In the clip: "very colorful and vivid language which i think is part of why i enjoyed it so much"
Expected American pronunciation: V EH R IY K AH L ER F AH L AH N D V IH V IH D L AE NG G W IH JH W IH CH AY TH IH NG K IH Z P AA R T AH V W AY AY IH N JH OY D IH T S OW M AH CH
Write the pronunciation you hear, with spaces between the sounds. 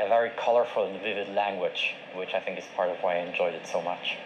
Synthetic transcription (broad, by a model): V EH R IY K AH L ER F AH L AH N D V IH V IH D L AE NG G W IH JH W IH CH AY TH IH NG K IH Z P AA R T AH V W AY AY IH N JH OY D IH T S OW M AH CH